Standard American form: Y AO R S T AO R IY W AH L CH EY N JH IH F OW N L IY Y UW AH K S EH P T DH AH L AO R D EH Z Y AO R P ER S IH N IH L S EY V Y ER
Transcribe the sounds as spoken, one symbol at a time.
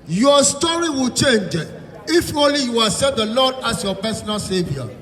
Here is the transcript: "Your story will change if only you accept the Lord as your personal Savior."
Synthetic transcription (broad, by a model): Y AO S T AO R IY W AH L CH EY N JH IH F OW N L IY Y UW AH S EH T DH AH L AO D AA S Y AO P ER S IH N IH L S EY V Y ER